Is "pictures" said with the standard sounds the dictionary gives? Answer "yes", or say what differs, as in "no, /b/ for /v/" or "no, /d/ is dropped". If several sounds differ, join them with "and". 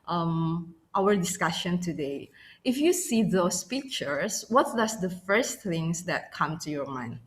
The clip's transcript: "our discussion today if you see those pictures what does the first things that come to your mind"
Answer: no, /s/ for /z/